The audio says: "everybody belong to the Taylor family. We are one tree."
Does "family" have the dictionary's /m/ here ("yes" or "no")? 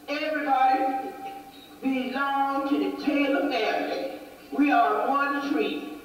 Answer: no